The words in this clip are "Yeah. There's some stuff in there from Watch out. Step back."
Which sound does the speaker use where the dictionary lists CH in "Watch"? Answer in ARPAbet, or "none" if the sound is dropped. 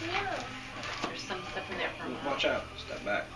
CH